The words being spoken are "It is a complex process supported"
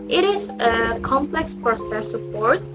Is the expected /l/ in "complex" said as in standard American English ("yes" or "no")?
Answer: yes